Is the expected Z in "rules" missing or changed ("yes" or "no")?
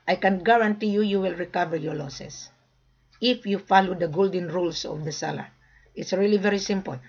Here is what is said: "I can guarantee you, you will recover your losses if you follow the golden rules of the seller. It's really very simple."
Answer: yes